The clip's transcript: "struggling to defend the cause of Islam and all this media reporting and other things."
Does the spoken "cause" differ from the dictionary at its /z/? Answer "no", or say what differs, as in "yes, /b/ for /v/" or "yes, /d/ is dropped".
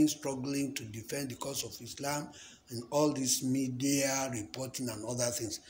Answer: yes, /s/ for /z/